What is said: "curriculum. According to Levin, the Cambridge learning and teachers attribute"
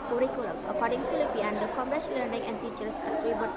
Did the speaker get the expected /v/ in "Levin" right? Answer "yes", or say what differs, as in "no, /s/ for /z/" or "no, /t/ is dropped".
no, /p/ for /v/